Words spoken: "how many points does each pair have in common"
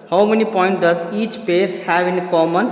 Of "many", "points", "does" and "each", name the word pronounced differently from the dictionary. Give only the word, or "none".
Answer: points